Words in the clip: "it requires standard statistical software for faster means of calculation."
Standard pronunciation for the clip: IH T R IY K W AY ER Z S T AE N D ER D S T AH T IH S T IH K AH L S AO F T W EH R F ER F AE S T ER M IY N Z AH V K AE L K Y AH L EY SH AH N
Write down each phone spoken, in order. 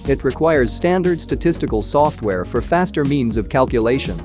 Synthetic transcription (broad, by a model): IH T R IY K W AY ER Z S T AE N D ER D S T AH T IH S T IH K AH L S AO F T W EH R F ER F AE S T ER M IY N Z AH V K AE L K Y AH L EY SH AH N